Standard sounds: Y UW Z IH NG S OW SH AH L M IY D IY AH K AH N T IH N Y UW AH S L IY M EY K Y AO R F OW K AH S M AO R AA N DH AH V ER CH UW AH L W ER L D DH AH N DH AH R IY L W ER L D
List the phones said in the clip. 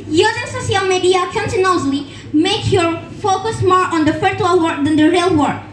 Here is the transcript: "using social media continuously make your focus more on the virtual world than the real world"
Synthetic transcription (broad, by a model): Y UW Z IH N S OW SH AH L M IY D IY AH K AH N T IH N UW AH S L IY M EY K Y AO R F OW K AH S M AO R AA N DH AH F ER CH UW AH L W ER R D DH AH N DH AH R IY L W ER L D